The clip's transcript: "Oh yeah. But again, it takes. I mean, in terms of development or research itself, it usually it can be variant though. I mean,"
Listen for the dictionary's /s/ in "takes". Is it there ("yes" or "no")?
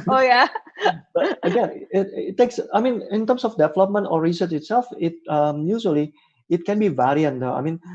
yes